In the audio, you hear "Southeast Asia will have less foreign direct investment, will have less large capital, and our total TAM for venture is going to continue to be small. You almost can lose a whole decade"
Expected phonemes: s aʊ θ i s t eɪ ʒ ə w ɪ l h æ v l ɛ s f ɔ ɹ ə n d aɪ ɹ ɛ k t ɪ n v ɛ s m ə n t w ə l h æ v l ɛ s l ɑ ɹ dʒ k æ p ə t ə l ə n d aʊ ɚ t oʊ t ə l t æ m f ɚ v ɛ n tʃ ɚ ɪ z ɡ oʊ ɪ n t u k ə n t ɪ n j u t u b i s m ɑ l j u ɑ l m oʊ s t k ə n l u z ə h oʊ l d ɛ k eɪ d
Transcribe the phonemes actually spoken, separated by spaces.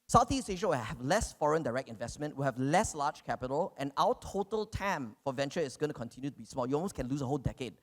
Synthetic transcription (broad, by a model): s aʊ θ i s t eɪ ʃ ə w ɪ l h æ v l ɛ s f ɔ ɹ ə n d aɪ ɹ ɛ k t ɪ n v ɛ s m ə n t w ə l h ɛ v l ɛ s l ɑ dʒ k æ p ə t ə l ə n aʊ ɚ t oʊ t ə l t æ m f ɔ v ɛ n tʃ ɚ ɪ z ɡ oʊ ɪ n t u k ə n t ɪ n j u t u b i s m ɑ l j u ɑ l m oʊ s k ə n l u s ə h oʊ l d ɛ k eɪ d